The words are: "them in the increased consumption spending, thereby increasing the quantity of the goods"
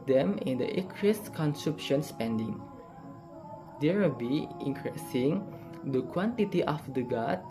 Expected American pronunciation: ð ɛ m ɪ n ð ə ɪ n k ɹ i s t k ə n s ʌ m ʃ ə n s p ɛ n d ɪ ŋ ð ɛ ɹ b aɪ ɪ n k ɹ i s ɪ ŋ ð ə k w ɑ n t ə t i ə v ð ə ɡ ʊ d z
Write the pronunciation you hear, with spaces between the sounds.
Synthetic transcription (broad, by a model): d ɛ m ɪ n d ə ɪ k ɹ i s k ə n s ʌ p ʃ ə n s p ɛ n d ɪ ŋ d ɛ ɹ b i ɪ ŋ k ɹ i s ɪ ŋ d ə k w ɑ n t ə t i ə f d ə ɡ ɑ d